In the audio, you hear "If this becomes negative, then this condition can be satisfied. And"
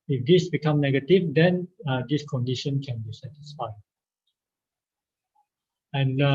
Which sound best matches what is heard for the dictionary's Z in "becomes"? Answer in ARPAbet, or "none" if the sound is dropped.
none